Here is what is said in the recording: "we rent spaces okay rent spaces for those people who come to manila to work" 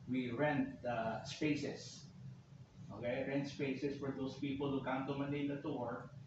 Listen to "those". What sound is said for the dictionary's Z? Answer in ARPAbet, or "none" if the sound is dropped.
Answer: S